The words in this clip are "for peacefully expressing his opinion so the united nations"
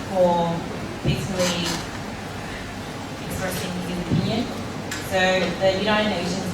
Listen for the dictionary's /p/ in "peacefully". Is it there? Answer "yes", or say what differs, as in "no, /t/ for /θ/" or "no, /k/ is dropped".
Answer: no, /b/ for /p/